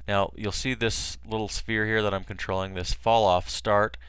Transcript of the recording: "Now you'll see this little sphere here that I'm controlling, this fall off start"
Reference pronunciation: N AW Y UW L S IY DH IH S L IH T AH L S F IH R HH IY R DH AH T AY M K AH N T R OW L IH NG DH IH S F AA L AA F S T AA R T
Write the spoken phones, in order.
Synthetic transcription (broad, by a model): N AW Y UW L S IY DH IH S L IH T L S F IH R HH IY R DH AH T AY M K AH N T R OW L IH NG DH IH S F AA L AA F S T AA R T